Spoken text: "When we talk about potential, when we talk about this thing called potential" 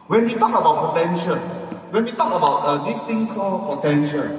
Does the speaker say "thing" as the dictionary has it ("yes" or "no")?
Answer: no